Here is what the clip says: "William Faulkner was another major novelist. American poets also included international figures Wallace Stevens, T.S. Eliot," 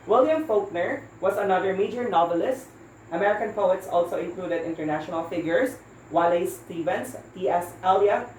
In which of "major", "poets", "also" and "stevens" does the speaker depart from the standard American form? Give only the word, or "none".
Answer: stevens